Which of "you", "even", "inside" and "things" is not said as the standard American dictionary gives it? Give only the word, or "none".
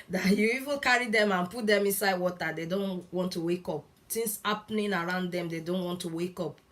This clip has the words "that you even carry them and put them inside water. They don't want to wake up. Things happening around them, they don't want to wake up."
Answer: things